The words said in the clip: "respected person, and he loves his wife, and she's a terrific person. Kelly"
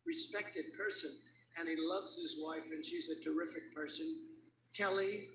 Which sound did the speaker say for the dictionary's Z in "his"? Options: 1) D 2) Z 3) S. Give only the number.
2